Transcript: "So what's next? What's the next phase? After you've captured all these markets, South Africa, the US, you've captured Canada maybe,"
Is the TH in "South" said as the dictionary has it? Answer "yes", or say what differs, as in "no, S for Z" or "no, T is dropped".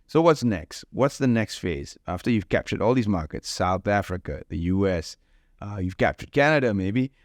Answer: yes